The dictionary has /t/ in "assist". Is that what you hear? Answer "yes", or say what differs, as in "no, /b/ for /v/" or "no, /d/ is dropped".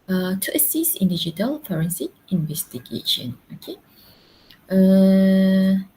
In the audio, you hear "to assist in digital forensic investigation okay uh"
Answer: no, /t/ is dropped